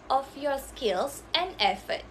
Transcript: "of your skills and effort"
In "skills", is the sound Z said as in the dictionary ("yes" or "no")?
no